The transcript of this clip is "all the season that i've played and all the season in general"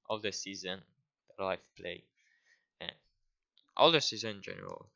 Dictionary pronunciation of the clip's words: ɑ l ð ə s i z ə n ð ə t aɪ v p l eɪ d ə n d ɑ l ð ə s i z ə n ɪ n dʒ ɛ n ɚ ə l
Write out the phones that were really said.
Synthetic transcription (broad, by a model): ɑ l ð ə s i z ə n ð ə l aɪ f p l eɪ ə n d ɑ l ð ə s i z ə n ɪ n dʒ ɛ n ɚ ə l